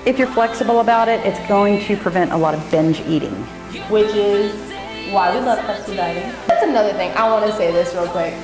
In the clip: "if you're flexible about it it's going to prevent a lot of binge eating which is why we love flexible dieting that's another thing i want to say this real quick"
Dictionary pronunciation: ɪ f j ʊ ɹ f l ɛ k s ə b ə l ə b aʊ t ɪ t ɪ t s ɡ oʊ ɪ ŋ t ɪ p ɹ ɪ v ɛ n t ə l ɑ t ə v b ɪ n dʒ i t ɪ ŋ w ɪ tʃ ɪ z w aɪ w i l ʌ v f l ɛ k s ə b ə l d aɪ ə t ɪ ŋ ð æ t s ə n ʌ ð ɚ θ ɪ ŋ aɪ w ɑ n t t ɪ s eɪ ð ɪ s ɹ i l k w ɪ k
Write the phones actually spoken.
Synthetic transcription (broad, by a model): ɪ f j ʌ ɹ f l ɛ k s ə b l ə b aʊ t ɪ t ɪ t s ɡ oʊ ɪ ŋ t ɪ p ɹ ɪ v ɛ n t ə l ɑ t ə v b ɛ n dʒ i t ɪ ŋ w ɪ tʃ ɪ z w aɪ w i l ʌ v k ə ə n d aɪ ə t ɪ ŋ ð æ t s ə n ʌ ð ɚ θ ɪ ŋ aɪ w ɑ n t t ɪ s eɪ ð ɪ s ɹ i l k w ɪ k